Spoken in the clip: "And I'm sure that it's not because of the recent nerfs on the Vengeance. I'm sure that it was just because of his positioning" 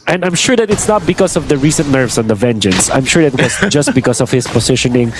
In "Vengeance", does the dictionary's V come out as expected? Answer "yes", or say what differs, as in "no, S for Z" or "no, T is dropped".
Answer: yes